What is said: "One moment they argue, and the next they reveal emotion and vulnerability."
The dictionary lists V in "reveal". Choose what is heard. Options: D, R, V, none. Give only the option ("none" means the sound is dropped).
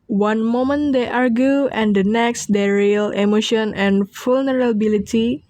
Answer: none